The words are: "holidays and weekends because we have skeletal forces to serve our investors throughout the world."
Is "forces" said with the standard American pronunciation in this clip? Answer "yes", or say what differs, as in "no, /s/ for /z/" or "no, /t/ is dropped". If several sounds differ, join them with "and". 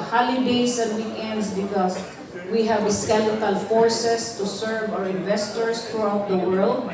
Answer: no, /s/ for /z/